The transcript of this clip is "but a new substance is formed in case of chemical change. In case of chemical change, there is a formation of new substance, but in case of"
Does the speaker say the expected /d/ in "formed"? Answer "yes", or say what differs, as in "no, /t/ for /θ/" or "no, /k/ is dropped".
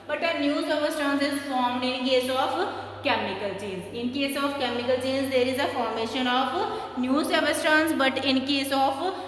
yes